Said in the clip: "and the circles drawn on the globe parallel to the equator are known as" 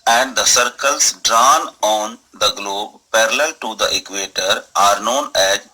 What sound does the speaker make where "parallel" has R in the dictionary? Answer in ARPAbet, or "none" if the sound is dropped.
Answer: R